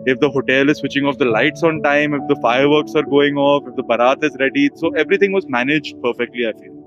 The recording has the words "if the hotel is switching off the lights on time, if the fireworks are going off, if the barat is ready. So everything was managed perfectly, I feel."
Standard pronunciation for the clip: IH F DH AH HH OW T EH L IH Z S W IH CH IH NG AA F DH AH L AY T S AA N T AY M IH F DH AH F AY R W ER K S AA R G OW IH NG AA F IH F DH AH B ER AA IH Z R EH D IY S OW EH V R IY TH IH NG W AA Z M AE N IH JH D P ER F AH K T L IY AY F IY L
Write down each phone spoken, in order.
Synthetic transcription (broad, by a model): IH F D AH HH OW T EH L IH Z S W IH CH IH NG AA F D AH L AY T S AA N T AY M IH F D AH F AY R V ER K S AA R G OW IH NG AA F IH F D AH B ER AA IH Z R EH D IY S OW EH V R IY T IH NG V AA Z M AE N IH JH D P ER F AH K T L IY AY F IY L